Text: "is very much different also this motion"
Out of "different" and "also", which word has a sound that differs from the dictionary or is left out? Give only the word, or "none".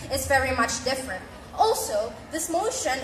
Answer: none